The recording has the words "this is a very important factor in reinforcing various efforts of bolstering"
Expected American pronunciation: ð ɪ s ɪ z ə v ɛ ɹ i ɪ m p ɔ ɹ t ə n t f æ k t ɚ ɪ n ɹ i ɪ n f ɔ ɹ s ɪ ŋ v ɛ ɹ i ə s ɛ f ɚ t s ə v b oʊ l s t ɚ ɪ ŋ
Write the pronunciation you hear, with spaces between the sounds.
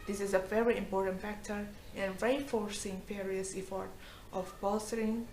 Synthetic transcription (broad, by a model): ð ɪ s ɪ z ə v ɛ ɹ i ɪ m p ɔ ɹ t ə n t f æ k t ɚ ɪ n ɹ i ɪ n f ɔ ɹ s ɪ ŋ f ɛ ɹ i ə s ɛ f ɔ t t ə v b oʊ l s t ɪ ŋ